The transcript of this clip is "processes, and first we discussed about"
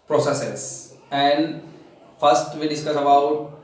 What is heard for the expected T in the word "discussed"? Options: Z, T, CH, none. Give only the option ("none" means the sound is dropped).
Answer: none